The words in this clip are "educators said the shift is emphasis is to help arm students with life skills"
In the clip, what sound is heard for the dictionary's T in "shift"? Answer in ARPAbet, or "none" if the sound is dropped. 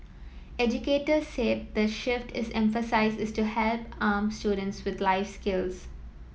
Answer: T